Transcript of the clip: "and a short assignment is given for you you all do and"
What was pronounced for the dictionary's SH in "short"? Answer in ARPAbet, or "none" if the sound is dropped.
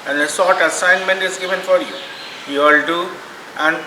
S